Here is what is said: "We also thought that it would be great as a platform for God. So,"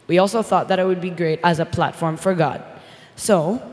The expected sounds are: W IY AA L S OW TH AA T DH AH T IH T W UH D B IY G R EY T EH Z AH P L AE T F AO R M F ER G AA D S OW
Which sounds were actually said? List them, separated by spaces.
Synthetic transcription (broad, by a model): W IY AA L S OW TH AA T DH AH T IH T W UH D B IY G R EY T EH Z AH P L AE T F AO R M F ER G AA D S OW